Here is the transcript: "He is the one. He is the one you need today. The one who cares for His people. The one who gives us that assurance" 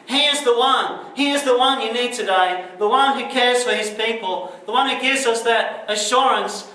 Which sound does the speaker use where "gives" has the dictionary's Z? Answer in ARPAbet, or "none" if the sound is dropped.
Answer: Z